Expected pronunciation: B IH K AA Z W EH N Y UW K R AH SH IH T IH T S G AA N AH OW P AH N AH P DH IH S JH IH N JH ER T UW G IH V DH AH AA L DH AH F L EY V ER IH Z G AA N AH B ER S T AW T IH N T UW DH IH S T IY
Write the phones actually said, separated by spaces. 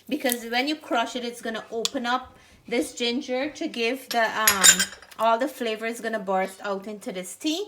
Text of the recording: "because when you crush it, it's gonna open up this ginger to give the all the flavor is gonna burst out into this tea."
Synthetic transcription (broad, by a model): B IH K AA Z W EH N Y UW K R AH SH IH T IH T S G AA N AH OW P AH N AH P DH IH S JH IH N JH ER T UW G IH V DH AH AA L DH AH F L EY V ER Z G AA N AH B ER S T AW T IH N T UW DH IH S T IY